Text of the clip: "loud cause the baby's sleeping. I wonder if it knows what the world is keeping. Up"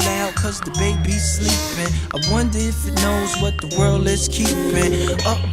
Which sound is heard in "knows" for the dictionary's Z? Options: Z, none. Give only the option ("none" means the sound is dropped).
Z